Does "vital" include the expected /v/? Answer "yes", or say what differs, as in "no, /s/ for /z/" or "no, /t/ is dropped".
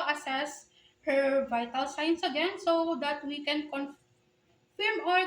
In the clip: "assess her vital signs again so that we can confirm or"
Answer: yes